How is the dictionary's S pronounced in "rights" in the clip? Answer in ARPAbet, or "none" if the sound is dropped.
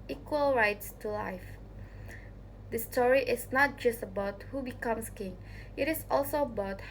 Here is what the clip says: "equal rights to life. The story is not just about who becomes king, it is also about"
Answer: S